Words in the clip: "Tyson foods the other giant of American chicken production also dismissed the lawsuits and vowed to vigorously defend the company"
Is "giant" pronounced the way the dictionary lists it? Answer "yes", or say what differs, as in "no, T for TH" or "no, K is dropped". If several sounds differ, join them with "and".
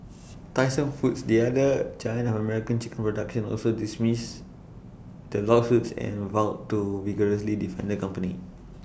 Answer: no, CH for JH and T is dropped